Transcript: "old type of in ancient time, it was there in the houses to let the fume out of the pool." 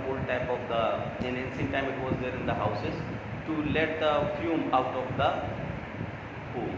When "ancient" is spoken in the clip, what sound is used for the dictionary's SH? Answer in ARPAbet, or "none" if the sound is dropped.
S